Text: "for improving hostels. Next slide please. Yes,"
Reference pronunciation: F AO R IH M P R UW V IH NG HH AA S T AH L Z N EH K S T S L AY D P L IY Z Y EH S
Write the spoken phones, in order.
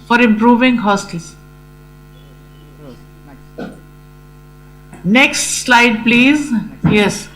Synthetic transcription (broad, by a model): F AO R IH M P R UW V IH NG HH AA S T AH L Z N EH K S T S L AY D P L IY Z Y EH S